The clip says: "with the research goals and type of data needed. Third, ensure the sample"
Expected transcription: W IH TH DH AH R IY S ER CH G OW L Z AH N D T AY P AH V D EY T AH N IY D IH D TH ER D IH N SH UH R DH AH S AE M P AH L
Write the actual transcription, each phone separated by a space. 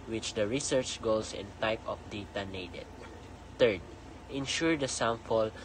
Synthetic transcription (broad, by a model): W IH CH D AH R IY S ER CH G OW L S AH N T AY P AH F D EY T AH N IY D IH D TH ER D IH N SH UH R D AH S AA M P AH L